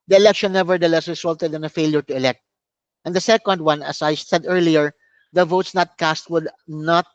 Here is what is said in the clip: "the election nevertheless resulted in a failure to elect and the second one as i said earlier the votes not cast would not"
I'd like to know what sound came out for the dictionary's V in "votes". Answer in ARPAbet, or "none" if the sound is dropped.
V